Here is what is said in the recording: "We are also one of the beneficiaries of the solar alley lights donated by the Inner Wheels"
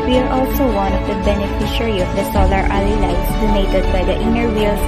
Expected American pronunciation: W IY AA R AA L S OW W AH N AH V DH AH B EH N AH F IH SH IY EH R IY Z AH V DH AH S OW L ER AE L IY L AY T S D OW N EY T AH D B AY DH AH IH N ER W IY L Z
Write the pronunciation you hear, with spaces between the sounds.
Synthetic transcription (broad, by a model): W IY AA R AA L S OW W AH N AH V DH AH B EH N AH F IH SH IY R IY AH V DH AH S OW L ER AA L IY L AY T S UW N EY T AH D B AY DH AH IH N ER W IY L